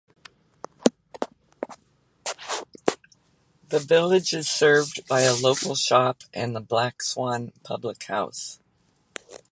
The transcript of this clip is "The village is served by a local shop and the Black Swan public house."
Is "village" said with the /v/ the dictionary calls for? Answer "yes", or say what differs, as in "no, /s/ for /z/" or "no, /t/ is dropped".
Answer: yes